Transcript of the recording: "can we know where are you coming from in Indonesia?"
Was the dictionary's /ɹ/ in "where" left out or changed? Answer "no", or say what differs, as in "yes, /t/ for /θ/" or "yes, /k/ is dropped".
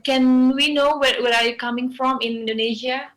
yes, /w/ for /ɹ/